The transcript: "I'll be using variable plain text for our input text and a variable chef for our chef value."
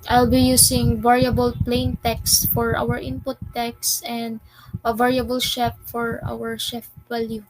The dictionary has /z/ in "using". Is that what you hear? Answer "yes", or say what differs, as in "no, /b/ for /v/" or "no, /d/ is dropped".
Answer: no, /s/ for /z/